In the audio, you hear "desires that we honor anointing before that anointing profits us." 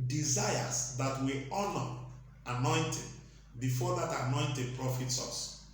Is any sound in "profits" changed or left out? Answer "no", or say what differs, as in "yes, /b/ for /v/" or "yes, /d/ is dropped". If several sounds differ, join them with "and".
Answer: no